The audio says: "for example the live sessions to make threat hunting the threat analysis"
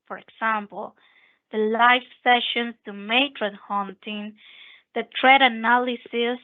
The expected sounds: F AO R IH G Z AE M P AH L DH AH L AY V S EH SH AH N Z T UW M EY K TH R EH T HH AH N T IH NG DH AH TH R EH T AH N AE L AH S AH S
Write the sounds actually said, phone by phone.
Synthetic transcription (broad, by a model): F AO R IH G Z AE M P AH L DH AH L AY F S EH SH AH N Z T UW M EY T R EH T HH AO N T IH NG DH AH T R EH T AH N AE L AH S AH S